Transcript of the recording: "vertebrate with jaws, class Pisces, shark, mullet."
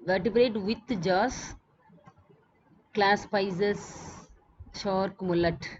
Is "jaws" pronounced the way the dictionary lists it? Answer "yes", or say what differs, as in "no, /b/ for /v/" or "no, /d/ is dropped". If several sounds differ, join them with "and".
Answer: no, /s/ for /z/